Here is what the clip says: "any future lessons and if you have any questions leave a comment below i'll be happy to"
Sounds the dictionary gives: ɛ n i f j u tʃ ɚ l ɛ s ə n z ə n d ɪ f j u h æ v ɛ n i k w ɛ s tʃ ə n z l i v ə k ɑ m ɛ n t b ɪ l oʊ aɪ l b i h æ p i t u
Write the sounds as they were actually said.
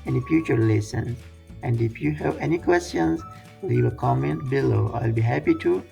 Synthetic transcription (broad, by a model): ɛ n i f j u tʃ ɚ l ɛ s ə n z ə n d ɪ f j u h æ v ɛ n i k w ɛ s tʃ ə n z w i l ə k ɑ m ɛ n t b ɪ l oʊ aɪ l b i h æ p i t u